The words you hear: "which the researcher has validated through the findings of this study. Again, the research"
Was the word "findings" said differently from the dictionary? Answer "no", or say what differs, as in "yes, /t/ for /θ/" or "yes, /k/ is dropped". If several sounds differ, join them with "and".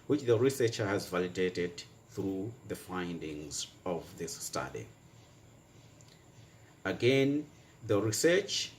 no